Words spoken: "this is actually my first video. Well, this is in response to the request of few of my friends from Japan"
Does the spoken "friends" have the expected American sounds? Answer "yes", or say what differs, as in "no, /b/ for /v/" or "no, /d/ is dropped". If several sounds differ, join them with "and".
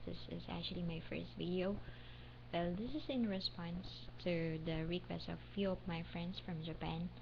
no, /s/ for /z/